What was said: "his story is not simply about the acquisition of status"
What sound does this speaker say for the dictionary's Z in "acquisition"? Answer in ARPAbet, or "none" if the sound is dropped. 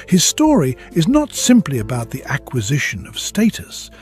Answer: Z